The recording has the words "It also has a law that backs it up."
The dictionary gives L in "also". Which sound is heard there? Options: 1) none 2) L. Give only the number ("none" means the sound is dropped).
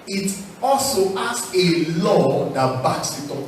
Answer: 2